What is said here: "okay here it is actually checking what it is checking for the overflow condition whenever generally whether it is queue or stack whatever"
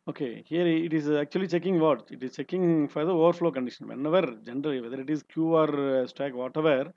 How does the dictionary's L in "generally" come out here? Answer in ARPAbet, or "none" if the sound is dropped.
L